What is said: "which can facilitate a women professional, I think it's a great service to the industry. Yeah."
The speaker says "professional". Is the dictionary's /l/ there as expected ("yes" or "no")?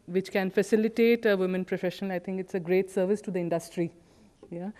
no